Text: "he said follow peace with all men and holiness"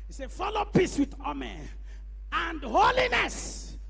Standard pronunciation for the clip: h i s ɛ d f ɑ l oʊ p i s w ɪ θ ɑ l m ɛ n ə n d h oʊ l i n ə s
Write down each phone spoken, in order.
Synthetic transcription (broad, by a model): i s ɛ f ɑ l oʊ p i s w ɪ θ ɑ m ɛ ə n d h oʊ l i n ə s